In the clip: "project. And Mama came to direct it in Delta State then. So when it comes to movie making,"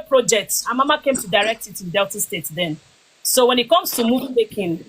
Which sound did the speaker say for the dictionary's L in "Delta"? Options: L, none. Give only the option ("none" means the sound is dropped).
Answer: L